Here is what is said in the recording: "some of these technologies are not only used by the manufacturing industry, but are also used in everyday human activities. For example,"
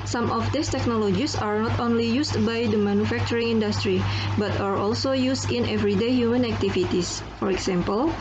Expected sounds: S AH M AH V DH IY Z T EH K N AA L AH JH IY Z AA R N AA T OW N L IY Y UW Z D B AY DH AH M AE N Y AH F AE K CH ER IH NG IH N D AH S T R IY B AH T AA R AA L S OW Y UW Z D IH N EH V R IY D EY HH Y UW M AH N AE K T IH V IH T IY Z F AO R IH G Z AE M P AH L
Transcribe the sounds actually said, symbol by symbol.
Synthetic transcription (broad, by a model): S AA M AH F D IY S T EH K N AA L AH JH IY S AA R N AA T OW N L IY Y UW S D B AY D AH M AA N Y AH F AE K CH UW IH NG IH N D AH S T R IY B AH T AA R AA L S OW Y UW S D IH N EH V R IY D EY HH Y UW M AH N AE K T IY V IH T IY S F AO R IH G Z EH M P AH L